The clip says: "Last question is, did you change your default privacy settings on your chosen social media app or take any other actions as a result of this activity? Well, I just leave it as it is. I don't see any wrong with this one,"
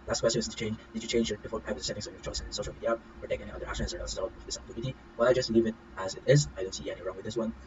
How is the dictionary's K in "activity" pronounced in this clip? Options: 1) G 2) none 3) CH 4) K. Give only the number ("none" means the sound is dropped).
2